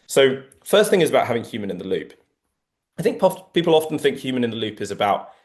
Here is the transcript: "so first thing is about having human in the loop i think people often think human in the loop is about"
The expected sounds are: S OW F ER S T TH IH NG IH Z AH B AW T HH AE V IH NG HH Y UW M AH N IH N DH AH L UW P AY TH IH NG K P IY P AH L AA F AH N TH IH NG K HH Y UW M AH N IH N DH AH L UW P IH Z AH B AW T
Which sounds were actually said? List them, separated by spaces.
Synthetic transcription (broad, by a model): S OW F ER S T TH IH NG IH Z AH B AW T HH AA V IH NG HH Y UW M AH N IH N DH AH L UW P AY TH IH NG K P IY P AH L AA F AH N TH IH NG K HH Y UW M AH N IH N DH AH L UW P IH Z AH B AW T